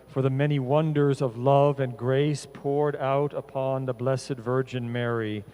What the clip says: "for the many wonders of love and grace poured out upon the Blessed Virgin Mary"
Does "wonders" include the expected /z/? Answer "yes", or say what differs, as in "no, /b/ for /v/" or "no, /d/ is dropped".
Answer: yes